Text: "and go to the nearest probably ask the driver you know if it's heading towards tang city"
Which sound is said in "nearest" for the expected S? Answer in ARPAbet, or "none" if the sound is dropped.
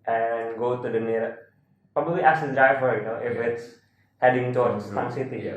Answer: none